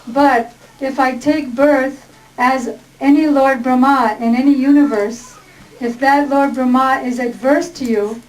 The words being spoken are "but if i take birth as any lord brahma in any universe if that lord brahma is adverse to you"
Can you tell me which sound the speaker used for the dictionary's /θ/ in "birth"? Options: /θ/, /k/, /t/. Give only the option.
/θ/